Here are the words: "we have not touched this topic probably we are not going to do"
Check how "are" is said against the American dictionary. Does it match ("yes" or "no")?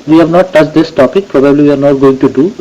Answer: yes